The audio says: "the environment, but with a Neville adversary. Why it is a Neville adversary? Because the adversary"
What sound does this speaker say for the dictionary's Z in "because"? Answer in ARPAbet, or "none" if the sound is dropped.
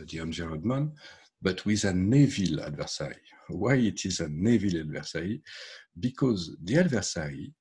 Z